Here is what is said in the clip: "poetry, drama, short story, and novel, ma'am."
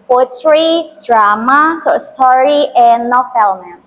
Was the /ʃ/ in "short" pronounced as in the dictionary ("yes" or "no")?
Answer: no